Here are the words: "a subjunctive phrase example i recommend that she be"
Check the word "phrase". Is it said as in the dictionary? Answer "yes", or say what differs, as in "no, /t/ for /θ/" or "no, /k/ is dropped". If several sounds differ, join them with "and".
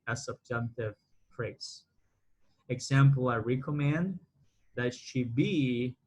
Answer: no, /s/ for /z/